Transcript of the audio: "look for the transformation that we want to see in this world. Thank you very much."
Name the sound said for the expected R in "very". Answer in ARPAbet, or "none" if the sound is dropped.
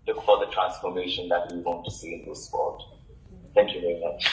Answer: R